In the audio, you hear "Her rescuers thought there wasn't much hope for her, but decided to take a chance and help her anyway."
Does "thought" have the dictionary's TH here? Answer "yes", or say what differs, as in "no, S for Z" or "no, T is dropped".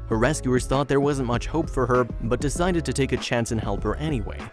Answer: yes